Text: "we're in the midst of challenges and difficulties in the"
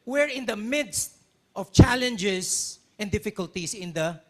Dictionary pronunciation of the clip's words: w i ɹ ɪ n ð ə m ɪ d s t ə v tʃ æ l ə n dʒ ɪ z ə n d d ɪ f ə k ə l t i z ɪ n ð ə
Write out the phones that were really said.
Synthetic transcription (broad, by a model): w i ɹ ɪ n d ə m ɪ d s t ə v tʃ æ l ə n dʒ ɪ s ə n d d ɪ f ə k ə l t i s ɪ n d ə